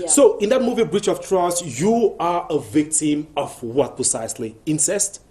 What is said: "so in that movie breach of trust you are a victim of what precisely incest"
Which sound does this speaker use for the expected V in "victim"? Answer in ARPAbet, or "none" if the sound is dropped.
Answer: V